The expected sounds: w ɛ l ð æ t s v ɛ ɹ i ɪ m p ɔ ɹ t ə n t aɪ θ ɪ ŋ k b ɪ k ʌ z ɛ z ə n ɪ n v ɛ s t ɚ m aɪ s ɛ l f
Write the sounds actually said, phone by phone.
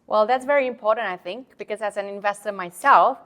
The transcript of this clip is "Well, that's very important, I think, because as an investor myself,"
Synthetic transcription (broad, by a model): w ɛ l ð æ t s v ɛ ɹ i ɪ m p ɔ ɹ t ə n t aɪ θ ɪ ŋ k b ɪ k ʌ z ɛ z ə n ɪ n v ɛ s t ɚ m aɪ s ɛ l f